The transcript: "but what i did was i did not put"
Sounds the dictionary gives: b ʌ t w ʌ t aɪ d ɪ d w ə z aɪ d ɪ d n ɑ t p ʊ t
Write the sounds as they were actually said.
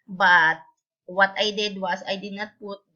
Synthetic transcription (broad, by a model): b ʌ t w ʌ t aɪ d ɪ d w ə s aɪ d ɪ d n ɑ t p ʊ t